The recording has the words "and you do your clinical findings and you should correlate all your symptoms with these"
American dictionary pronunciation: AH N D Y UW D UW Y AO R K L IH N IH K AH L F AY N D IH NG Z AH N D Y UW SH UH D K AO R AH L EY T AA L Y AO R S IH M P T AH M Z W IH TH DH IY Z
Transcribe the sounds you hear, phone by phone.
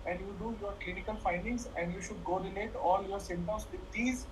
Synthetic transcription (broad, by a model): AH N D Y UW D UW Y AO R K L IH N IH K AH L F AY N D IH NG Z AH N D Y UW SH UH D K AO R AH N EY T AA L Y AO R S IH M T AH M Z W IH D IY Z